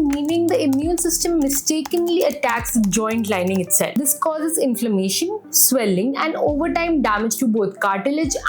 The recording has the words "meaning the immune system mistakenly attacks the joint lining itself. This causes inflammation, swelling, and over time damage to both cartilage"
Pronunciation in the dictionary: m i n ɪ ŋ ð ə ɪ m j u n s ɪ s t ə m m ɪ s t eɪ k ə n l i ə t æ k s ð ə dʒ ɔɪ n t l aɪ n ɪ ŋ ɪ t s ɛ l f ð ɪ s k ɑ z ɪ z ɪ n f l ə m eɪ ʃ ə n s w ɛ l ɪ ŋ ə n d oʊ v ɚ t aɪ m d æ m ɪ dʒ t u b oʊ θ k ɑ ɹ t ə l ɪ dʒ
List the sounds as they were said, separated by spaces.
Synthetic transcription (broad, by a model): m i n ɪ ŋ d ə ɪ m j u n s ɪ s t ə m m ɪ s t eɪ k ə n l i ə t æ k s dʒ ɔɪ n t l aɪ n ɪ ŋ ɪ t s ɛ l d ɪ s k ɑ z ɪ z ɪ n f l ə m eɪ ʃ ə n s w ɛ l ɪ ŋ ə n d oʊ v ɚ t aɪ m d æ m ɪ dʒ t u b oʊ t k ɑ ɹ t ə l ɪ dʒ